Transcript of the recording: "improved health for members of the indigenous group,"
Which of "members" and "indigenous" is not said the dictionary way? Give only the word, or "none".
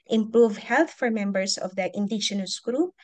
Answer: members